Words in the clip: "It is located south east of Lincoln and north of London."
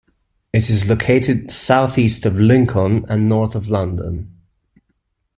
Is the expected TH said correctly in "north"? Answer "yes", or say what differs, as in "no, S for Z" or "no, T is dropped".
yes